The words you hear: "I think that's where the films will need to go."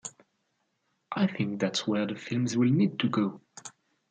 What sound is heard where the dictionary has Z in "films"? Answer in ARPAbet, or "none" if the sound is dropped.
Z